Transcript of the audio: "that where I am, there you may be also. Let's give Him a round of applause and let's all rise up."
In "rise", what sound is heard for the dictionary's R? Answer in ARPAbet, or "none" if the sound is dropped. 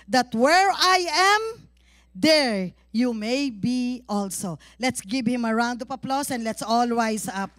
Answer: W